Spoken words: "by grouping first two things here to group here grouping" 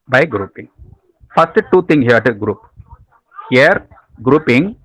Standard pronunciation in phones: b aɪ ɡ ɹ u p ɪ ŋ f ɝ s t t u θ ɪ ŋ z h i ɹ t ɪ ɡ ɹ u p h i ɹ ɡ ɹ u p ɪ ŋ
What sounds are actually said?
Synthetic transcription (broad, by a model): b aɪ ɡ ɹ u p ɪ ŋ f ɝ s t t u t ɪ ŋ h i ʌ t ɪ ɡ ɹ u p h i ɹ ɡ ɹ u p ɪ ŋ